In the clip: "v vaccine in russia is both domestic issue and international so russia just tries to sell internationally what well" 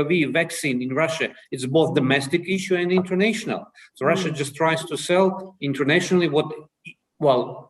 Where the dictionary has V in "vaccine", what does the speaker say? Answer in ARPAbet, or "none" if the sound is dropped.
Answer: V